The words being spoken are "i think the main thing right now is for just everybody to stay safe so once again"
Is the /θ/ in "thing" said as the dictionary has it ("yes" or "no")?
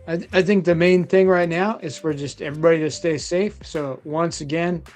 yes